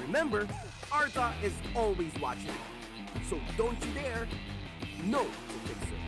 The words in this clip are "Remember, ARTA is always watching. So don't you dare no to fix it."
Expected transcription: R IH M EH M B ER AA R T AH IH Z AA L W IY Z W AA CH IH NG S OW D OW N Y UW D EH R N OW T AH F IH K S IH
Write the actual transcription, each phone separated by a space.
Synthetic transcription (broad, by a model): R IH M EH M B ER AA R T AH IH Z AA L W IY Z W AA CH IH NG S OW D OW N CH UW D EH R N OW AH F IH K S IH